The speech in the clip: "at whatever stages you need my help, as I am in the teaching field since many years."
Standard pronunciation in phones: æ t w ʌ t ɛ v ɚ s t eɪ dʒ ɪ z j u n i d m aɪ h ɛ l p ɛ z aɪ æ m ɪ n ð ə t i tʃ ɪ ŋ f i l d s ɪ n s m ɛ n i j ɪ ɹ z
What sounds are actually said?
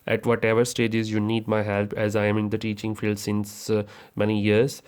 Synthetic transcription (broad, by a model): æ t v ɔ t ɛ v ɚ s t eɪ dʒ ɪ z j u n i d m aɪ h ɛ l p ɛ z aɪ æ m ɪ n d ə t i tʃ ɪ ŋ f i l d s ɪ n s m ɛ n i j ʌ ɹ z